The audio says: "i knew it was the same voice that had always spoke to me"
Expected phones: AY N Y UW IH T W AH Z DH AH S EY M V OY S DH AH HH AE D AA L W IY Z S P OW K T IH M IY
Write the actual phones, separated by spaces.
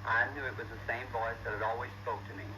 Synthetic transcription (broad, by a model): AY N Y UW IH T W AH Z DH AH S EY M V OY S DH AH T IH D AA L W IY Z S P OW K T IH M IY